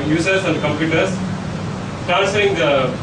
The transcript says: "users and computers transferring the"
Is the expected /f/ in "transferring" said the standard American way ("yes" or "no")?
no